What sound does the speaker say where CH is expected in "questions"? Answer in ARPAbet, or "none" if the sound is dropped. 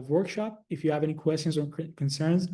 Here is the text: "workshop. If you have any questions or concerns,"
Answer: CH